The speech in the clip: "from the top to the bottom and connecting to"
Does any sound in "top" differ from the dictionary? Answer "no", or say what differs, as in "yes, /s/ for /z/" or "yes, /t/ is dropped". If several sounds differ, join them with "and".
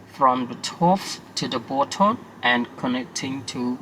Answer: yes, /f/ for /p/